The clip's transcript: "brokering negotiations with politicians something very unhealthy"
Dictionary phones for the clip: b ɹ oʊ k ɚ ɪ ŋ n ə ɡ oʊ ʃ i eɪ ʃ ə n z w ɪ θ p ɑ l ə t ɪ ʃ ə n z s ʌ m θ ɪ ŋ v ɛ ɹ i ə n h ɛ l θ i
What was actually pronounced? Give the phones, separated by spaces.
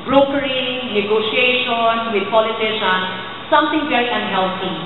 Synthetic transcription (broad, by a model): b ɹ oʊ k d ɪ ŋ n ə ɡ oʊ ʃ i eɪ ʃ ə n w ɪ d p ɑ l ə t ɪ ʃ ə n s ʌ m t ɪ ŋ b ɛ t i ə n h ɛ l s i